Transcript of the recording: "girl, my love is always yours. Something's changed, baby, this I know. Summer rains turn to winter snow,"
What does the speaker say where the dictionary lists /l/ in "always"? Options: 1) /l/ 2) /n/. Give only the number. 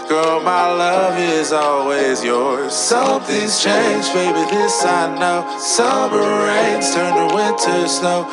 1